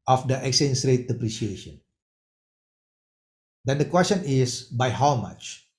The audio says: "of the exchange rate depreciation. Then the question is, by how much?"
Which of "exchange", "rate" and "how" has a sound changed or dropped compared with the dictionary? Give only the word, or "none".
exchange